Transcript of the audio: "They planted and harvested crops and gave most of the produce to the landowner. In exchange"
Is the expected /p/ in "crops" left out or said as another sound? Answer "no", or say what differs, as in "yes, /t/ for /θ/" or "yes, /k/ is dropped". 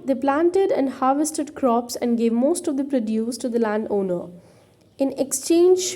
no